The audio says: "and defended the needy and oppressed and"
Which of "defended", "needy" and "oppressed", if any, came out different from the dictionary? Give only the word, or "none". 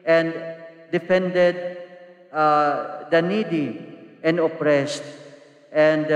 none